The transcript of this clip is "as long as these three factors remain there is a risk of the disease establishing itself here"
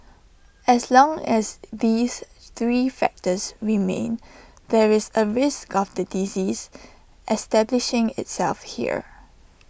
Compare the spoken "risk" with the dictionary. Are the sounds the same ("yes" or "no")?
yes